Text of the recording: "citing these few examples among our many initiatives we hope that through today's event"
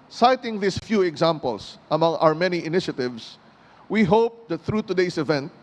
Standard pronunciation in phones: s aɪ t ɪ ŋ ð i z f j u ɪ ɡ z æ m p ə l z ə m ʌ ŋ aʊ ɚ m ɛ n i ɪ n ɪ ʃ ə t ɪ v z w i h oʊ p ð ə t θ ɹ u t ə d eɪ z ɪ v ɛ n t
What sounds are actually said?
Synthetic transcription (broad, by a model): s aɪ t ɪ ŋ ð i s f j u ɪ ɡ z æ m p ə l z ə m ʌ ŋ aʊ ɚ m ɛ n i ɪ n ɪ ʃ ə t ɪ v s w i h oʊ p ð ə t θ ɹ u t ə d eɪ s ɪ v ɛ n t